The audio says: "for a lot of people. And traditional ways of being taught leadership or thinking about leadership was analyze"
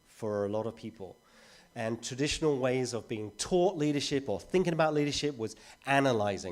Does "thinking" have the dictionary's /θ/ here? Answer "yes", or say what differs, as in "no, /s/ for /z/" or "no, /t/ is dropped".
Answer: yes